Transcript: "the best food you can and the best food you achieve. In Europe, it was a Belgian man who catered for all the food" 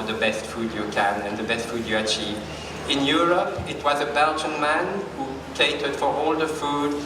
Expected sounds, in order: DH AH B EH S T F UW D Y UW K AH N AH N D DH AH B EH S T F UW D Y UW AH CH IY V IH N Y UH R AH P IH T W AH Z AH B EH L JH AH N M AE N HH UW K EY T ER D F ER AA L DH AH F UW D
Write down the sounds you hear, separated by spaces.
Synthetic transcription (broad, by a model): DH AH B EH S T F UW D Y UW K AH N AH N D DH AH B EH S T F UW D Y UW AH CH IY V IH N Y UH R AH P IH T W AH Z AH B EH L JH AH N M AE N HH UW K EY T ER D F ER AA L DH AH F UW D